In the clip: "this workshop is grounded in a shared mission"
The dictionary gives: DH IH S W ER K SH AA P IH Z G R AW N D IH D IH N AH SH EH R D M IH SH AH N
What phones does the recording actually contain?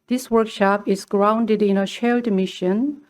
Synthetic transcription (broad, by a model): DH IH S W ER K SH AA P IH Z G R AW N D IH D IH N AH SH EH L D M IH SH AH N